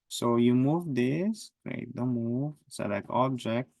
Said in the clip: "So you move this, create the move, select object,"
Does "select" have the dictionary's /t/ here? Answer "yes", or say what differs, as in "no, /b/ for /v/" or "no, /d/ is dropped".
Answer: no, /t/ is dropped